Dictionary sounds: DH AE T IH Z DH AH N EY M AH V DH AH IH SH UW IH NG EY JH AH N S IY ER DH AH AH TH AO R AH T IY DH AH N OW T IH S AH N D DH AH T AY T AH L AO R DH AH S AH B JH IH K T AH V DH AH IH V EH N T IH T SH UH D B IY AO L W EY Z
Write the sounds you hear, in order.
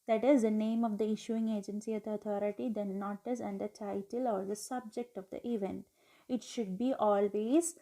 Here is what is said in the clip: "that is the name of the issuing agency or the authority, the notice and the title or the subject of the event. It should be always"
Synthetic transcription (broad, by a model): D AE T IH Z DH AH N EY M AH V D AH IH SH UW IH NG EY JH AH N S IY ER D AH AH T AO R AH T IY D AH N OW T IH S AH N D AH T AY T AH L AO R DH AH S AH B JH IH K T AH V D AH IH V EH N T IH T SH UH D B IY AO L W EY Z